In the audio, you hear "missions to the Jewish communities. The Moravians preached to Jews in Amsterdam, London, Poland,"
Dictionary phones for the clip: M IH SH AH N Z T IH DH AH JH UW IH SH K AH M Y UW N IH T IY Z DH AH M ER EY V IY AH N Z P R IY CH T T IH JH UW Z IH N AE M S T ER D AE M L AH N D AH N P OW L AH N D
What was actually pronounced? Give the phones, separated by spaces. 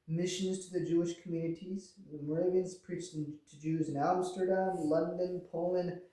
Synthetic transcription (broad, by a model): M IH SH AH N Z T IH DH AH JH UW IH SH K M Y UW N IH T IY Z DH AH M ER EY V IY AH N Z P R IY CH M T IH JH UW Z IH N AE M S T ER D AE M L AH N D AH N P OW L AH N